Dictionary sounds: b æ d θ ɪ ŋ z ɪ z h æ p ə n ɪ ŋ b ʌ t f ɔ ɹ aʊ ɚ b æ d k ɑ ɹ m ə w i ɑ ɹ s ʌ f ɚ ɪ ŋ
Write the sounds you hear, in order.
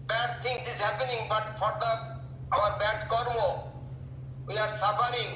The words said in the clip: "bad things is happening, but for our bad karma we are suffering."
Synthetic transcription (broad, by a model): b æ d t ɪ ŋ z ɪ z h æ p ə n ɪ ŋ b ʌ t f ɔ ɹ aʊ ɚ b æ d k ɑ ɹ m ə w i ɑ ɹ s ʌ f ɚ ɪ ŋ